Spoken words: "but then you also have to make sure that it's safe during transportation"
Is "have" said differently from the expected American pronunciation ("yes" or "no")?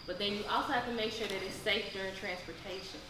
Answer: yes